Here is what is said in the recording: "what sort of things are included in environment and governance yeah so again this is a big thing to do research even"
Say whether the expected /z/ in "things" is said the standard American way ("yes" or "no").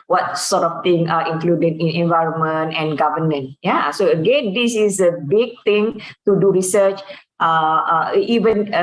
no